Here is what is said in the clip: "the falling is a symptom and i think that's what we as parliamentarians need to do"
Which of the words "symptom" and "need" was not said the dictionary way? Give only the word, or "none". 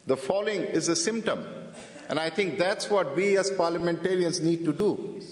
none